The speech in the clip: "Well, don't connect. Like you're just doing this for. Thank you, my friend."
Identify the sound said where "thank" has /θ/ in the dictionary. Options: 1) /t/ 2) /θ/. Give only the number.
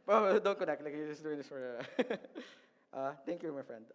1